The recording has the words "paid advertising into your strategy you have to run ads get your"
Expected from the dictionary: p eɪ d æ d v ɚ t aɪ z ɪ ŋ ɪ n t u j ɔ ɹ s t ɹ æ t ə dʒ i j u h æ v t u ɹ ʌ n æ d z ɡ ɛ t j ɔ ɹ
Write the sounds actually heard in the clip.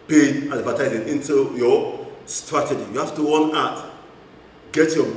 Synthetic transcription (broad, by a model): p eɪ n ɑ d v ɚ t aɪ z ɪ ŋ ɪ n t u j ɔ s t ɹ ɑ t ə dʒ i j u h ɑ f t u w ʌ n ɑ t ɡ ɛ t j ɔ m